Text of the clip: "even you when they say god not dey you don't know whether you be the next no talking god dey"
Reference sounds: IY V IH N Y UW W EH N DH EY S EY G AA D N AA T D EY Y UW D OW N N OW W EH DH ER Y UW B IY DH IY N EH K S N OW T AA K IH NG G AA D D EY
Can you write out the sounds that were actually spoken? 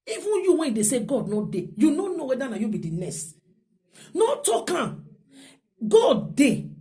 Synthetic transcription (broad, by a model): IY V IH N Y UW W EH N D EY S EY G AA D N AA D EY Y UW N OW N N OW W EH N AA Y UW B IY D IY N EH S N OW T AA K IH G AA D D EY